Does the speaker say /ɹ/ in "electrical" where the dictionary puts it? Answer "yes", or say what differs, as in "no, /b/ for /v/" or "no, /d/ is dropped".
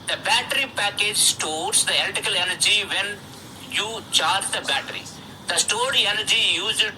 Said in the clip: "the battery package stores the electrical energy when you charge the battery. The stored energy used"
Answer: no, /ɹ/ is dropped